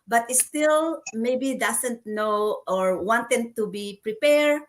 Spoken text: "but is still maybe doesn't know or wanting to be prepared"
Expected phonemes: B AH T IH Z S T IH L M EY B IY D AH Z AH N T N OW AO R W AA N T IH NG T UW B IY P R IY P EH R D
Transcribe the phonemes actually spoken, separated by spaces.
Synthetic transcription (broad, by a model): B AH T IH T S T IH L M EY B IY D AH S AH N T N OW AO R W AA N T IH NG T UW B IY P R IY P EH R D